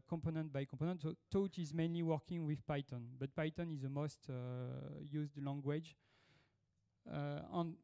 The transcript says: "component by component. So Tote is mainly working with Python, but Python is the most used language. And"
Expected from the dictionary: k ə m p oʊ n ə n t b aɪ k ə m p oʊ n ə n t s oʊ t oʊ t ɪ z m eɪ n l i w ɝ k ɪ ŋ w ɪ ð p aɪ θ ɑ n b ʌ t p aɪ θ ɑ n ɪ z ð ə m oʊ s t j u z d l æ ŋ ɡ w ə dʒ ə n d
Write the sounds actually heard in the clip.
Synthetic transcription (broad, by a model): k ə m p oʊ n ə n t b aɪ k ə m p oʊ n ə n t s oʊ t oʊ t ɪ z m eɪ n l i w ɝ k ɪ ŋ w ɪ ð p aɪ t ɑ n b ʌ t p aɪ t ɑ n ɪ z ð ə m oʊ s t j u z d l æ ŋ ɡ w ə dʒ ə n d